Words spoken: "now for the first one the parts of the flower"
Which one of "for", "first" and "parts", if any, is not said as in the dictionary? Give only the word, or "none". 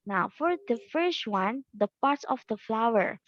none